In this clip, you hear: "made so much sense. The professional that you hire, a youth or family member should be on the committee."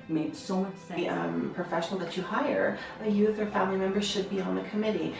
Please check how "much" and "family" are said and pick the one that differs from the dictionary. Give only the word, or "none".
none